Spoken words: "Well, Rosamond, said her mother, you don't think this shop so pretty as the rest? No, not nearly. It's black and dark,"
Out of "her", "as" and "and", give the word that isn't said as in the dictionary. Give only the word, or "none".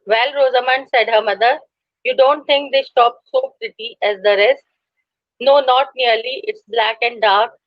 none